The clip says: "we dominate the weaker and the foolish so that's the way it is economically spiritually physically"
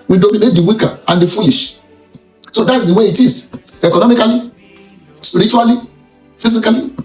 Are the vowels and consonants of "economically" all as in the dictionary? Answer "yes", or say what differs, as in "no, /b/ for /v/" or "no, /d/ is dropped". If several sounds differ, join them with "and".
no, /l/ is dropped